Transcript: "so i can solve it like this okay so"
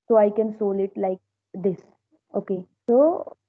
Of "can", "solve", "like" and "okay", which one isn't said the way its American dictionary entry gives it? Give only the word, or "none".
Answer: solve